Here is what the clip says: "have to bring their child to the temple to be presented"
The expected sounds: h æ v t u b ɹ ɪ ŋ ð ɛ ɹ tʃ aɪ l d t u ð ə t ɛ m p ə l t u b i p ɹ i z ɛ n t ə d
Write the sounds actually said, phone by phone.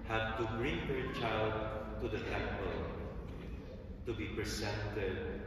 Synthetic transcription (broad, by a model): h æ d t u b ɹ ɪ ŋ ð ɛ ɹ tʃ aɪ l d t u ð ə t ɛ m p ə l t u b i p ɹ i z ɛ n t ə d